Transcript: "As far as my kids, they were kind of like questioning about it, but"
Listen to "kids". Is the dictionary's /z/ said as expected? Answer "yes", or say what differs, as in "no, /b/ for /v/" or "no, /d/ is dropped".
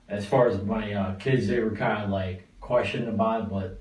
yes